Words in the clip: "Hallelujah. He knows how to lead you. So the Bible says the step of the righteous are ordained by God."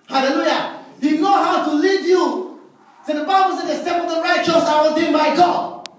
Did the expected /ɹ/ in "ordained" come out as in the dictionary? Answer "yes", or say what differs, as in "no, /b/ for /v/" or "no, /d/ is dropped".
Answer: no, /l/ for /ɹ/